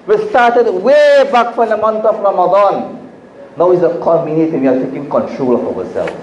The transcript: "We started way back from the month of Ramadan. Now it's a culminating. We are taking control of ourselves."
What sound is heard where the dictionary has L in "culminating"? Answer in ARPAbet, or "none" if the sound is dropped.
none